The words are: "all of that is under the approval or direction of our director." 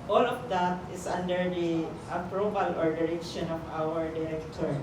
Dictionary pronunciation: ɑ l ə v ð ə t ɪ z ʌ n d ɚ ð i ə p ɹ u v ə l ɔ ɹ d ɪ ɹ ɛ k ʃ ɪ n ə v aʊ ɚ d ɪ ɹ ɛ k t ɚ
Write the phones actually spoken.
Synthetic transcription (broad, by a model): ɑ l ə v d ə t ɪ s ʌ n d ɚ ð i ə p ɹ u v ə l ɔ ɹ d ɪ ɹ ɛ k ʃ ɪ n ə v aʊ ɚ d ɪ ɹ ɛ k t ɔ